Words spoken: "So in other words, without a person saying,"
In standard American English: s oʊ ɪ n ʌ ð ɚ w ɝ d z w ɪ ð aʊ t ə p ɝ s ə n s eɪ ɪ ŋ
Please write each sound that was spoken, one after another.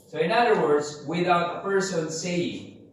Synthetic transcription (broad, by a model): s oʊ ɪ n ʌ ð ɚ w ɝ d z w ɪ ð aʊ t ə p ɝ s ə n s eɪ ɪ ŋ